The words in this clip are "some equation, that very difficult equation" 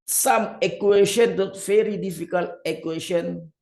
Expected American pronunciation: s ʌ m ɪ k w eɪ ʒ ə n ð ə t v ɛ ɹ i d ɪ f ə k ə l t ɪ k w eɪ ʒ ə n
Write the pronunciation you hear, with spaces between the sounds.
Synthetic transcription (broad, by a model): s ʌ m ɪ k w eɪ ʃ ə n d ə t f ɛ ɹ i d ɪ f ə k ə l ɪ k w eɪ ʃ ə n